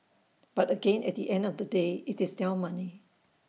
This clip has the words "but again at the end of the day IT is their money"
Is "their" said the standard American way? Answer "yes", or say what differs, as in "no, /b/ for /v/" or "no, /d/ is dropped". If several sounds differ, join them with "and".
no, /l/ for /ɹ/